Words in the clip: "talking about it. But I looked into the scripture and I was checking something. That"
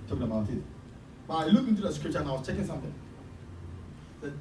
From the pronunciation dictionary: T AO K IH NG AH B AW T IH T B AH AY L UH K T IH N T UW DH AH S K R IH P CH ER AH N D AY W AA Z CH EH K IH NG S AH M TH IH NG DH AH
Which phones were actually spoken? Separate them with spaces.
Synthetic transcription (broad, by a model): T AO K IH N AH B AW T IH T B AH AY L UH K IH N T UW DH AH S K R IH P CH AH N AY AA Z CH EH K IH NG S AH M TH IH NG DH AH